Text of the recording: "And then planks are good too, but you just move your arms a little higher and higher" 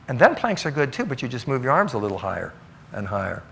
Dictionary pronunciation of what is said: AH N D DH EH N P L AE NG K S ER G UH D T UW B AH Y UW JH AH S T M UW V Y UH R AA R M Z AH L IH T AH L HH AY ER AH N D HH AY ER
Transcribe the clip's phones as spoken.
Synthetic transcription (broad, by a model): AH N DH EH N P L AE NG K S ER G UH D T UW B AH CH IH JH AH S T M UW V Y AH R AA R M Z AH L IH T L HH AY ER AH N HH AY ER